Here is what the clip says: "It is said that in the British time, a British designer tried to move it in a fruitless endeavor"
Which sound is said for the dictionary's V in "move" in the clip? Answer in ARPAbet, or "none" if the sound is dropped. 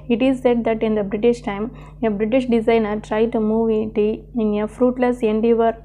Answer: V